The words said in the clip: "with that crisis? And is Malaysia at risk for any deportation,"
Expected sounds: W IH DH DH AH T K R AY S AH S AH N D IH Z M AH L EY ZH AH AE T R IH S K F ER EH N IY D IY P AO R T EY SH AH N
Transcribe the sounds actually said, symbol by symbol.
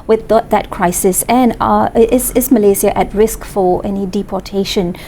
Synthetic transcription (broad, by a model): W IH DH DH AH T K R AY S AH S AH N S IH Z M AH L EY Z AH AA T R IH S K F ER EH N IY D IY P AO T EY SH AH N